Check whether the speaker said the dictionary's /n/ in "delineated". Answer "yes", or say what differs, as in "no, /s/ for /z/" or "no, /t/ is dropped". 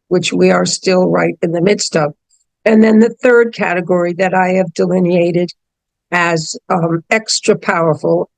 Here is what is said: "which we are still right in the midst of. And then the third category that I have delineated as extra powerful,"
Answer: yes